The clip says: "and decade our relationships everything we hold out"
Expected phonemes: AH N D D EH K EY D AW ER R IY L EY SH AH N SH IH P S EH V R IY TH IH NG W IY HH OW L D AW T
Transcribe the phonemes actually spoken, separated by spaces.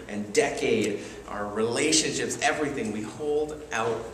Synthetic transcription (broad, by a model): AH N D D EH K EY D AW ER R IY L EY SH AH N SH IH P S EH V R IY TH IH NG W IY HH OW L D AW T